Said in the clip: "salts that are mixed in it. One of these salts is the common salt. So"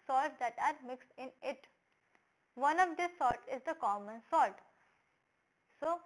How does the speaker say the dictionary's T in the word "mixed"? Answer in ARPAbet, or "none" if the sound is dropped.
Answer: T